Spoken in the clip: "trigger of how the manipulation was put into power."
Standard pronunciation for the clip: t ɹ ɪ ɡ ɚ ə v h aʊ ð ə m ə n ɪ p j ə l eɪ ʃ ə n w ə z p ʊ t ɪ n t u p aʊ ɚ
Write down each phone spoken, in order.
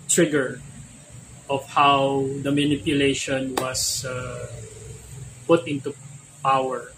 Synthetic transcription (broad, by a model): t ɹ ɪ ɡ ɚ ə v h aʊ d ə m ə n ɪ p j ə l eɪ ʃ ə n w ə s p ʊ t ɪ n t u p aʊ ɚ